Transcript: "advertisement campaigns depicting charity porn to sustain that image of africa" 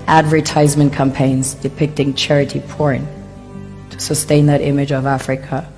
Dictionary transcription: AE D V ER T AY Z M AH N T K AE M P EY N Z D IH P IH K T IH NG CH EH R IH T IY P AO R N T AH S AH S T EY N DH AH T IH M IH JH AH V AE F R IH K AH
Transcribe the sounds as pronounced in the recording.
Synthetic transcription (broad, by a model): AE D V ER T AY Z M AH N K AE M P EY N Z D IH P IH K T IH NG CH EH R IH T IY P AO R N T AH S AH S T EY N DH AH T IH M IH JH AH V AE F R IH K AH